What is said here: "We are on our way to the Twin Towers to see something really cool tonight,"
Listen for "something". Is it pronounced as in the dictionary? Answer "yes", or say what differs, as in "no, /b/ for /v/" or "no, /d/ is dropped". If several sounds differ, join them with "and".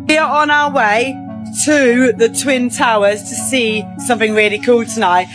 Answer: yes